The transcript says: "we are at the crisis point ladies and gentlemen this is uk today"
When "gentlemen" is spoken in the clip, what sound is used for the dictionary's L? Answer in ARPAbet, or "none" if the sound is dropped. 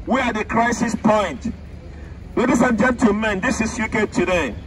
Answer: none